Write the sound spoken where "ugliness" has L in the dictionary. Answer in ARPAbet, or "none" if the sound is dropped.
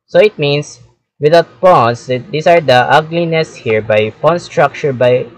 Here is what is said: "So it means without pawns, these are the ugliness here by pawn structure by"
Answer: L